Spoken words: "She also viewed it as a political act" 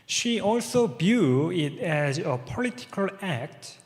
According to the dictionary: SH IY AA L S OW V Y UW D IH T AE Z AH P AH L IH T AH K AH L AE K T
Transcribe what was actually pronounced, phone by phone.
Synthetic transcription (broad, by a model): SH IY AA L S OW B Y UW IH T AE Z AH P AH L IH T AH K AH L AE K T